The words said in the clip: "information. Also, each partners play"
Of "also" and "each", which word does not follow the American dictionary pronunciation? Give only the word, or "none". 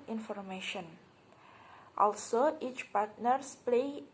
none